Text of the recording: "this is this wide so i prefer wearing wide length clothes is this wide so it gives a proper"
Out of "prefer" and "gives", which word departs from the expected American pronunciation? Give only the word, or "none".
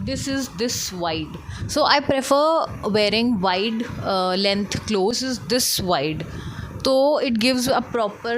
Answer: none